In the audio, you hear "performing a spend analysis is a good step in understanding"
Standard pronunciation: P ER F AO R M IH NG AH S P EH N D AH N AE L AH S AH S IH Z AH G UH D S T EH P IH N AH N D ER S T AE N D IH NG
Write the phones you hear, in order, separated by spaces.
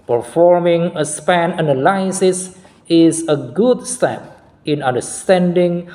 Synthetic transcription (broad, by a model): P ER F AO R M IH NG AH S P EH N AH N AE L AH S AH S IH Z AH G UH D S T EH P IH N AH N D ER S T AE N D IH NG